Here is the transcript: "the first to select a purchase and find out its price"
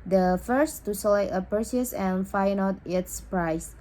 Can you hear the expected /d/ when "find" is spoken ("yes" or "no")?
no